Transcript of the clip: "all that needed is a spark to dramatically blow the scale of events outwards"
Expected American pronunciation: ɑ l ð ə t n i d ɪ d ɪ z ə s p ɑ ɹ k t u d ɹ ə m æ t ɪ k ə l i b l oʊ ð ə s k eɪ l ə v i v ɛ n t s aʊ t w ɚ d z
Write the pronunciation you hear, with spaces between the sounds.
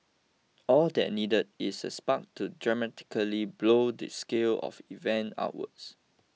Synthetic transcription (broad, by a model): ɑ l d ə t n i d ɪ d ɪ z ə s p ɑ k t u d ɹ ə m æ t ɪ k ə l i b l oʊ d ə s k eɪ l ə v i v ɛ n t aʊ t w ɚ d s